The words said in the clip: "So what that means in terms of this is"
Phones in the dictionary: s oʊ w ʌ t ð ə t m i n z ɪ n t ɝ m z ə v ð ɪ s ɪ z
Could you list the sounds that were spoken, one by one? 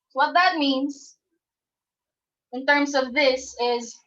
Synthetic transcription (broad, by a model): w ʌ t ð ə t m i n z ɪ n t ɝ m z ə v ð ɪ s ɪ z